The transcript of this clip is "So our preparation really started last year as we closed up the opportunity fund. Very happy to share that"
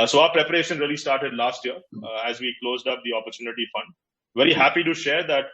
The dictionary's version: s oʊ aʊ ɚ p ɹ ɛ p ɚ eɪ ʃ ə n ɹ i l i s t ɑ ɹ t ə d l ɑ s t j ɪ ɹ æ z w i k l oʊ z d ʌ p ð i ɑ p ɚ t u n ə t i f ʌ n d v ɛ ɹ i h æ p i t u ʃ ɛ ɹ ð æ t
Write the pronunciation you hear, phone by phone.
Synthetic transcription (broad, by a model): s oʊ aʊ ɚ p ɹ ɛ p ɚ eɪ ʃ ə n ɹ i l i s t ɑ ɹ t ə d l ɑ s t j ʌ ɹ æ z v i k l oʊ z d ʌ p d i ɑ p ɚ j u n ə t i f ʌ n d v ɛ ɹ i h æ p i t u ʃ ɛ ɹ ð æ t